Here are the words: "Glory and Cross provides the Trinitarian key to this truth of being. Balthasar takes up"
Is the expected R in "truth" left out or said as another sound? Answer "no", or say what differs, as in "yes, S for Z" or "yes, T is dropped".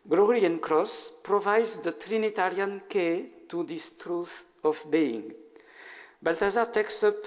no